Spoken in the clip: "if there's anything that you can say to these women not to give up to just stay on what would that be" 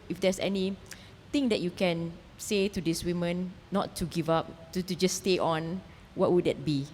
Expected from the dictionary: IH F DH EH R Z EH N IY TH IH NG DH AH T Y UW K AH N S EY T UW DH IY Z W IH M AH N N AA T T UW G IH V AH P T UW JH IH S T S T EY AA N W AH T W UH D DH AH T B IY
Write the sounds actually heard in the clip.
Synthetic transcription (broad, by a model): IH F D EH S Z EH N IY T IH NG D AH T Y UW K AH N S EY T UW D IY S W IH M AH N N AA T T UW G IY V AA P T UW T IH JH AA S T EY AA N W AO T W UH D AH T B IY